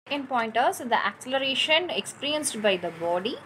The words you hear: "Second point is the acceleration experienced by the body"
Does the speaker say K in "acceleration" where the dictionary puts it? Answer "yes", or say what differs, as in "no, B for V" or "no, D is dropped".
yes